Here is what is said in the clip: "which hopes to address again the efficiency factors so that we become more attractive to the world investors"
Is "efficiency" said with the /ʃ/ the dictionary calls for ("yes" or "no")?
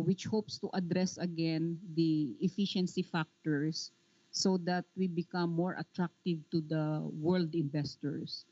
yes